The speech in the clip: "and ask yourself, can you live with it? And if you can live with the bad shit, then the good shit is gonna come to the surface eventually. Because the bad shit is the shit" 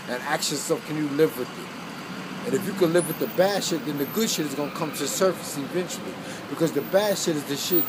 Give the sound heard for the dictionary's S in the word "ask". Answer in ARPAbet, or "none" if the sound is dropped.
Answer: none